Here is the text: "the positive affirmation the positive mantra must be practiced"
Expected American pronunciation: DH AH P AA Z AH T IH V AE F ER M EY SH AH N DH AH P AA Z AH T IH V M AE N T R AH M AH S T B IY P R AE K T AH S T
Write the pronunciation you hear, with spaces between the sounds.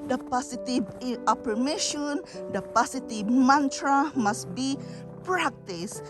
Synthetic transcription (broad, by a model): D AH P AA S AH T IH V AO P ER M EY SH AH N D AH P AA S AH T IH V M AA N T R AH M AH S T B IY P R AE K T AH S